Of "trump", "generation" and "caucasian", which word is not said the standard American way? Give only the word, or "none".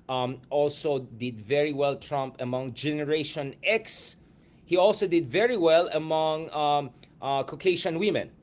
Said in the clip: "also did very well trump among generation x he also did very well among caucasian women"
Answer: caucasian